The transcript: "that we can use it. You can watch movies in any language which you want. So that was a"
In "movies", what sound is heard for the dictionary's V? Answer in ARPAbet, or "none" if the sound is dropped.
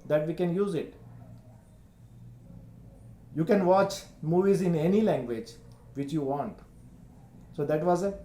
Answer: V